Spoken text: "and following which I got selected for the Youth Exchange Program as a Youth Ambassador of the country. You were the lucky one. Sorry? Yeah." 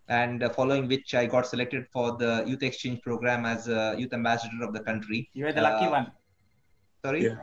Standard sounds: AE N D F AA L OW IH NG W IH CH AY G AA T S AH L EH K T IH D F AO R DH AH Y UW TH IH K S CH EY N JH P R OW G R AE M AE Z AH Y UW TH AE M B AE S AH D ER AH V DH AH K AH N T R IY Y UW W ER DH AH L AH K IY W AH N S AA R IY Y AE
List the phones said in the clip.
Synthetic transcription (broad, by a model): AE N D F AA L OW IH NG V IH CH AY G AA T S AH L EH K T IH D F AO R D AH Y UW T IH K S CH EY N JH P R OW G R AE M AE Z AH Y UW T AE M B AE S AH D ER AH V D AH K AH N T R IY Y UW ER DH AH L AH IY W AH N S AA R IY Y